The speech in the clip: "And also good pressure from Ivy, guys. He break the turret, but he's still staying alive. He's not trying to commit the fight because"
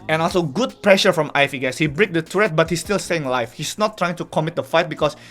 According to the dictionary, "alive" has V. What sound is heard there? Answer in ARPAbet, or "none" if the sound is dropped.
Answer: F